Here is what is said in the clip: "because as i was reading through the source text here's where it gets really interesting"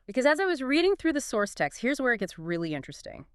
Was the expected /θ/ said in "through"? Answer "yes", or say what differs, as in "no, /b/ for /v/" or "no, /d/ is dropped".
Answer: yes